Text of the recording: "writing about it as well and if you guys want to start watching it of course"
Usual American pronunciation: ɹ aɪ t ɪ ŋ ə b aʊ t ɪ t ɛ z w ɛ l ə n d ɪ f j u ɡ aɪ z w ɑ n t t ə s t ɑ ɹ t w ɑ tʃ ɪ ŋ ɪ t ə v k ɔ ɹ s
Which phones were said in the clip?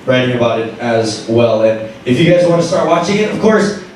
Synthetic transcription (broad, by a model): ɹ aɪ t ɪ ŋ ə b aʊ t ɪ t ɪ z w ɛ l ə n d ɪ f j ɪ ɡ aɪ z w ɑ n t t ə s t ɑ ɹ t w ɑ tʃ ɪ ŋ ɪ t ə v k ɔ ɹ s